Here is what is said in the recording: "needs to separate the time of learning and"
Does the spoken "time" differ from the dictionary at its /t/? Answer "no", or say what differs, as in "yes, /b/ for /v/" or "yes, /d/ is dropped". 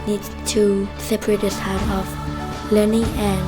yes, /s/ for /t/